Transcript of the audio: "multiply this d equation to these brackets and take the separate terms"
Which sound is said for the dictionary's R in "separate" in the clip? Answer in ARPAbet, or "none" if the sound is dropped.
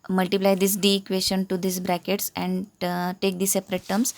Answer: R